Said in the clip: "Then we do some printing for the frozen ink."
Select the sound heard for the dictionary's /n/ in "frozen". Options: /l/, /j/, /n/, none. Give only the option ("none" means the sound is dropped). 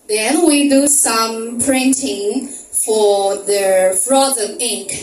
none